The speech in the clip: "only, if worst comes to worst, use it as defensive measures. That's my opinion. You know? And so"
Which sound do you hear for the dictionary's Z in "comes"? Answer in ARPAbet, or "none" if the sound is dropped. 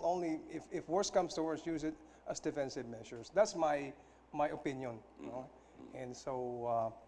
S